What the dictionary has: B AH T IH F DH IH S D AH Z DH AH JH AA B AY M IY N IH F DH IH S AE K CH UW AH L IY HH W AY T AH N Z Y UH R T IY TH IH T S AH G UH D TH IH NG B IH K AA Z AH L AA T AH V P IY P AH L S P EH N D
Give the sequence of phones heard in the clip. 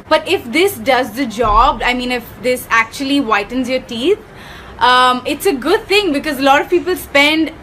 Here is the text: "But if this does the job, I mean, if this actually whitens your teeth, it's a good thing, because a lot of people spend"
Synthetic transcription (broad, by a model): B AH T IH F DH IH S D AH Z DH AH JH AA B AY M IY N IH F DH IH S AE K CH UW AH L IY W AY T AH N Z Y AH R T IY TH IH T S AH G UH D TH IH NG B IH K AA Z AH L AA T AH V P IY P AH L S P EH N D